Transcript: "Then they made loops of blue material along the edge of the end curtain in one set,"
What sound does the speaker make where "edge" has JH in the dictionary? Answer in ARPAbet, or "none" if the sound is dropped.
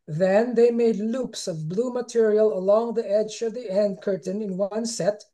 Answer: JH